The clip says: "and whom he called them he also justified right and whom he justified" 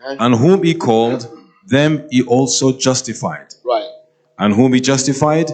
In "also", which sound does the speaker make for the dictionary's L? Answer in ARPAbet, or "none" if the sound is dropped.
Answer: L